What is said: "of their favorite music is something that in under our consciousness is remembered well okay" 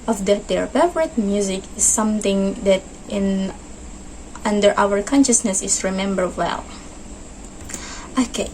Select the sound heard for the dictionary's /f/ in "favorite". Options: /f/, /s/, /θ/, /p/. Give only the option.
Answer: /p/